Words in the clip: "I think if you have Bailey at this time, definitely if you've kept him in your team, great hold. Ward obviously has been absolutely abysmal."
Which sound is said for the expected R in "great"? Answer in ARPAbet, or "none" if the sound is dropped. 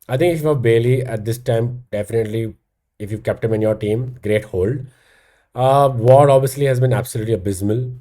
R